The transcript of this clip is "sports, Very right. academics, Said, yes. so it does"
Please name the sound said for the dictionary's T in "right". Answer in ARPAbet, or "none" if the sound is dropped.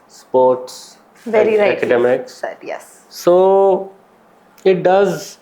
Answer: none